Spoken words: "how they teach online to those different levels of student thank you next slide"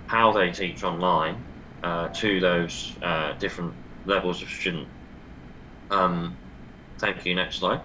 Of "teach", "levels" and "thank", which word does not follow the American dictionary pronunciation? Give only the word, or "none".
none